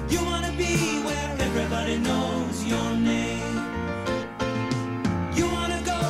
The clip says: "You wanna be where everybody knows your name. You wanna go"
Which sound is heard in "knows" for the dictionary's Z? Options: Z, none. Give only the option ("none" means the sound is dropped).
Z